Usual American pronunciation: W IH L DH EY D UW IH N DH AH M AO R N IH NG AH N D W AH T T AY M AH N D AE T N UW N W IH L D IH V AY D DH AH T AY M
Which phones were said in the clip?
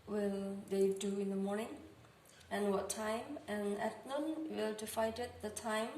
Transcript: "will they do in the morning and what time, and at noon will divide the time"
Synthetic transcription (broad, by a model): W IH L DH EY D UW IH N DH AH M AO R N IH NG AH N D W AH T T AY M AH N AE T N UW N W IH L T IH F AY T DH AH T AY M